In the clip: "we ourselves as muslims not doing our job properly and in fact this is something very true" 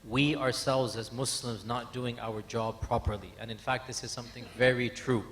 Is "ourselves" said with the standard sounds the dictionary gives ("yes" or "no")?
yes